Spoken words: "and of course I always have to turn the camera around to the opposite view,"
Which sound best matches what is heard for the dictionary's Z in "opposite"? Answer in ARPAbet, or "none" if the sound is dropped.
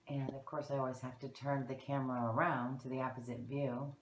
Z